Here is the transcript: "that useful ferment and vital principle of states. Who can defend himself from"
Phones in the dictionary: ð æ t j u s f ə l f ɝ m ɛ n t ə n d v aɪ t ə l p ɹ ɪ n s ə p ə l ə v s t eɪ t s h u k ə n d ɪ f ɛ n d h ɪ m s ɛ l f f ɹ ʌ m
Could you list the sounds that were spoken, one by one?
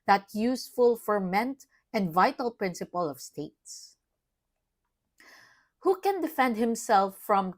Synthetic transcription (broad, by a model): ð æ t j u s f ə l f ɝ m ɛ n t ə n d v aɪ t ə l p ɹ ɪ n s ə p ə l ə v s t eɪ t s h u k ə n d ɪ f ɛ n d h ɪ m s ɛ l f f ɹ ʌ m